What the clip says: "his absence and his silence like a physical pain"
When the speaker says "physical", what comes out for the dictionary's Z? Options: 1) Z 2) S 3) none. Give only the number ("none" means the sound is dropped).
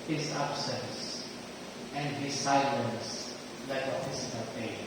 2